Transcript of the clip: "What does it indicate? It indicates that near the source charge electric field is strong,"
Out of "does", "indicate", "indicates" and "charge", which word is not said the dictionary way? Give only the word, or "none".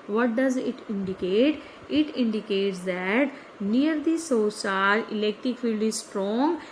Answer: charge